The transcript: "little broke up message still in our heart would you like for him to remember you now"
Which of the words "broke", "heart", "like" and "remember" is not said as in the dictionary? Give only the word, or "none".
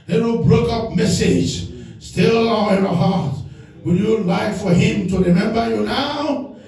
none